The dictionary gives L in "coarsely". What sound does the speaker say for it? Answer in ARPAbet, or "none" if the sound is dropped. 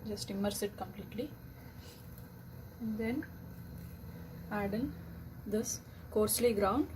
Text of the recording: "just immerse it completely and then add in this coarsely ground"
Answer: L